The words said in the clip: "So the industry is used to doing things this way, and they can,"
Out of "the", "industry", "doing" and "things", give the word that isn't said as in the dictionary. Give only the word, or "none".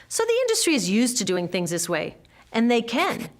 none